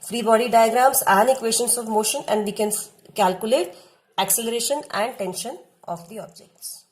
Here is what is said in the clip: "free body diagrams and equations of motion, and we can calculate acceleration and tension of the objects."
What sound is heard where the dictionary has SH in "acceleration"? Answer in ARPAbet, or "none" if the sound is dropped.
SH